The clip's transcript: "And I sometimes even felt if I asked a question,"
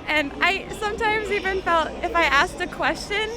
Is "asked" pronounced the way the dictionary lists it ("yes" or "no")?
yes